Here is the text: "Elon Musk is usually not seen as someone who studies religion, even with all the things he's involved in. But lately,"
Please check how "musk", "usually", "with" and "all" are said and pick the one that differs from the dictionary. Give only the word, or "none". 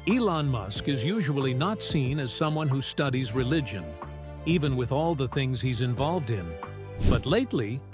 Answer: none